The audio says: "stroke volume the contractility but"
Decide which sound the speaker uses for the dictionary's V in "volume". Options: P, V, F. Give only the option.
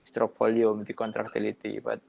P